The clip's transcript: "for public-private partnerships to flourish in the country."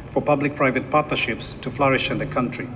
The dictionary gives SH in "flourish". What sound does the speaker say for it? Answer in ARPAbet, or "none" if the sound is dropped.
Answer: SH